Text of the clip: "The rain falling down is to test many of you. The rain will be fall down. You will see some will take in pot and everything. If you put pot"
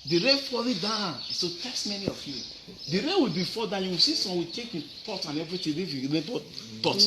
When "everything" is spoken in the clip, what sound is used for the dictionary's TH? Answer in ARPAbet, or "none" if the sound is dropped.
T